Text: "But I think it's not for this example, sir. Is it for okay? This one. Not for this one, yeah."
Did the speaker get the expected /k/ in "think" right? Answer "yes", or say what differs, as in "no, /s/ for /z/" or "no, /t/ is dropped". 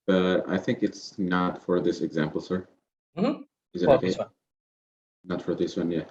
yes